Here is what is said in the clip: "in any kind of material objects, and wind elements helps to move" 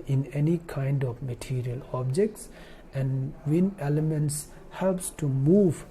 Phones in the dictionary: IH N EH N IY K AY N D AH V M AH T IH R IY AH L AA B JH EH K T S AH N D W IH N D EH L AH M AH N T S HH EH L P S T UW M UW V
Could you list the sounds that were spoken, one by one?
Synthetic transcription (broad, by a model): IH N EH N IY K AY N D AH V M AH T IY R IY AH L AA B JH EH K T S AH N D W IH N EH L AH M AH N T S HH EH L P S T UW M UW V